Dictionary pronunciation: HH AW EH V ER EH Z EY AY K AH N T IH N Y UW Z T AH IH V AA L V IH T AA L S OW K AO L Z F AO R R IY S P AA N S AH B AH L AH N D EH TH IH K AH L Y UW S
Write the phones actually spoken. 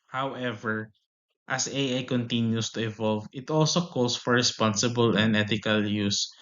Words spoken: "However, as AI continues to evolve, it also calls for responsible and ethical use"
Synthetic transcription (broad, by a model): HH AW EH V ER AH S EY AY K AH N T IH N Y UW S T AH IH V AA L V IH T AA L S OW K AO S F AO R R IY S P AA N S AH B AH L AH N D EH T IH K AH L Y UW S